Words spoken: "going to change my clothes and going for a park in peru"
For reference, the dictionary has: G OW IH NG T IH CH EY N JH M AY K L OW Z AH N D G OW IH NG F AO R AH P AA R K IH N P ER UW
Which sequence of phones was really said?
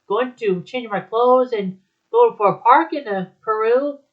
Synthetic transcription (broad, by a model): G OW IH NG T IH CH EY N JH M AY K L OW Z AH N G OW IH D F AO R AH P AA R K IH N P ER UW